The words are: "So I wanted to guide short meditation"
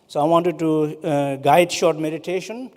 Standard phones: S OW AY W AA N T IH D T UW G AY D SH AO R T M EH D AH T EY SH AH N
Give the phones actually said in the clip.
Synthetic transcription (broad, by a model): S OW AY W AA N T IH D T UW G AY D SH AO R T M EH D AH T EY SH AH N